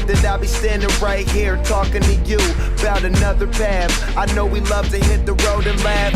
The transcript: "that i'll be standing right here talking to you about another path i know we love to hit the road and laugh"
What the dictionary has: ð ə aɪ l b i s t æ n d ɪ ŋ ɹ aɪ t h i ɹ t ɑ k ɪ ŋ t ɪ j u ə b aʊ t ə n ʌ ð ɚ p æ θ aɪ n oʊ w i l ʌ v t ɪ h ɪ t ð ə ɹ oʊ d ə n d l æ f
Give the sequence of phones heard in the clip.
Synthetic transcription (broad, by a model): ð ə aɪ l b i s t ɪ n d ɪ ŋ ɹ aɪ t h i ɹ t ɑ k ɪ ŋ t ɪ j u ə b aʊ t ə n ʌ ð ɚ p æ θ aɪ n oʊ w i l ʌ v t ɪ h ɪ t ð ə ɹ oʊ d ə n l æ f